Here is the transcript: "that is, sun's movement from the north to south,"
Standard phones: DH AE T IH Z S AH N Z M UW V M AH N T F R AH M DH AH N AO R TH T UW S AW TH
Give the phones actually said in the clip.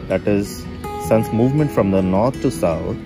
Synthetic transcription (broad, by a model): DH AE T IH Z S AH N S M UW V M AH N T F R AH M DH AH N AO R T T UW S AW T